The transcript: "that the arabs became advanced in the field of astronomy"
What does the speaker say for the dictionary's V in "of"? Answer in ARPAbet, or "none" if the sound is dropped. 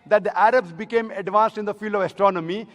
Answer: V